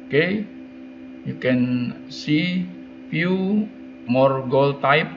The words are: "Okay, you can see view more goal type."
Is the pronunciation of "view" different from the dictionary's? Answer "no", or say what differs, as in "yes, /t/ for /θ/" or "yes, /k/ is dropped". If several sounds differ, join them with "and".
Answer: yes, /f/ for /v/